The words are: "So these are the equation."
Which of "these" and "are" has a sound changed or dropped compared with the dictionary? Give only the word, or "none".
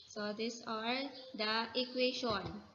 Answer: these